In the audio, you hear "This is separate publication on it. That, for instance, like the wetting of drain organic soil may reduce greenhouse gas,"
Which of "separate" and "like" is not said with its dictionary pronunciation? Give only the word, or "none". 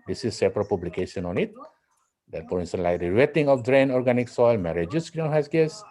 none